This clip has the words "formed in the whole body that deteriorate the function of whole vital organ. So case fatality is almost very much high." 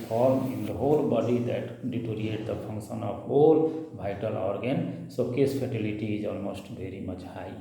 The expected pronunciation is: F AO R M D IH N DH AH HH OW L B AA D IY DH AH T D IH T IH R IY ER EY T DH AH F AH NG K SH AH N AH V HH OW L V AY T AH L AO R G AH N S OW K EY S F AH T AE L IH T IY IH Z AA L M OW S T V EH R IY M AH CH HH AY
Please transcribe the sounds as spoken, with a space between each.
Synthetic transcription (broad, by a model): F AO R M IH N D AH HH OW L B AA D IY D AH T D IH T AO R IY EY T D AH P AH NG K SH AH N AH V HH OW L B AY T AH L AO R G AH N S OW K EY S P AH T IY L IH T IY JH AA L M OW S T B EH R IY M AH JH AY